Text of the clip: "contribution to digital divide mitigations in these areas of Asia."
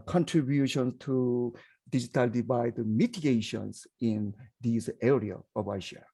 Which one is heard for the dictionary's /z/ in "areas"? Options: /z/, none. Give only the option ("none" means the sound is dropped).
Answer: none